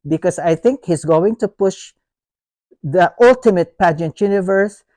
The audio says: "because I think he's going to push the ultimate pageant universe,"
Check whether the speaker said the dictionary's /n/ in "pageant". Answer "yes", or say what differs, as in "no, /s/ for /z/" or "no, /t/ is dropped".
yes